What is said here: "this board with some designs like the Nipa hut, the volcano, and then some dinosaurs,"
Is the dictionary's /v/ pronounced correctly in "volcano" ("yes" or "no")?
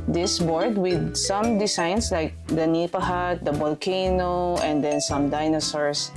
no